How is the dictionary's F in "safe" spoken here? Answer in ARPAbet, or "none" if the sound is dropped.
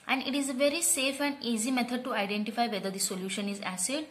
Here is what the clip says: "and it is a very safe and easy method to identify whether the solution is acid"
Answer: F